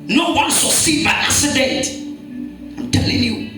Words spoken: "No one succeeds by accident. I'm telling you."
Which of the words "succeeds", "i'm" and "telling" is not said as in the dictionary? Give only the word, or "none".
succeeds